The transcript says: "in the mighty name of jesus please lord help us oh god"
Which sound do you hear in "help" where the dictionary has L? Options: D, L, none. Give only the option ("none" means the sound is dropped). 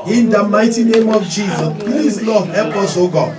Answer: none